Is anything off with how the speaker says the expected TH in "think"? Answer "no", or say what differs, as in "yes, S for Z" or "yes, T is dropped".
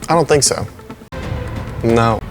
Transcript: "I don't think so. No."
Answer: no